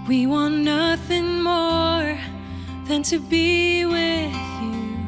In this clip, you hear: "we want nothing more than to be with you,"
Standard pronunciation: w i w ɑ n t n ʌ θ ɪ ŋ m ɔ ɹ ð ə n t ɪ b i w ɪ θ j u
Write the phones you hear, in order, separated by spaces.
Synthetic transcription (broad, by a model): w i w ɑ n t n ʌ θ ɪ ŋ m ɔ ɹ ð ə n t ɪ b i w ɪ j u